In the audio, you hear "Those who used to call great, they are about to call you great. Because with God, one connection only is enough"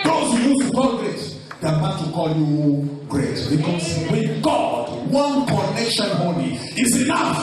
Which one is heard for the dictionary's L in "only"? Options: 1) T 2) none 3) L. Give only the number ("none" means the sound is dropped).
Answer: 2